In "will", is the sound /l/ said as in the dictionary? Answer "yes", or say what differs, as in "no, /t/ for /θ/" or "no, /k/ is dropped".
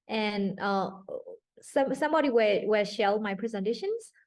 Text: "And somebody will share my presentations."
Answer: no, /w/ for /l/